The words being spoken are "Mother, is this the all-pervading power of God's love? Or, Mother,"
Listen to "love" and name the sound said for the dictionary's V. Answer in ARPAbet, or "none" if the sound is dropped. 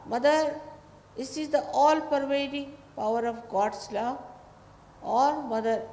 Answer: none